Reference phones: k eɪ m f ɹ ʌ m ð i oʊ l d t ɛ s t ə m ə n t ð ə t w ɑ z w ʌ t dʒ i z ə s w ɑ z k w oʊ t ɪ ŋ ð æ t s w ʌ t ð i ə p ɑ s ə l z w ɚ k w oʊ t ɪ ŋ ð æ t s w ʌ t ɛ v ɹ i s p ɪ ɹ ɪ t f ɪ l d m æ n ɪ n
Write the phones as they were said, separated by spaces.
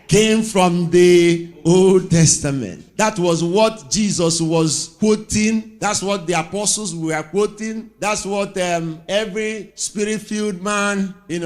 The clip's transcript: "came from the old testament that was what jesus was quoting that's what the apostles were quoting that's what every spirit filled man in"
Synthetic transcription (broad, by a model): k eɪ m f ɹ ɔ m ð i oʊ l d t ɛ s t ə m ə n t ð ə t w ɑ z w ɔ t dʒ i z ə s w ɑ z k w oʊ t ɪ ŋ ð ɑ t s w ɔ t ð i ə p ɑ s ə l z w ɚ k w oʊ t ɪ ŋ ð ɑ t s w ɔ t ɛ v ɹ i s p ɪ ɹ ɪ t f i l d m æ n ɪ n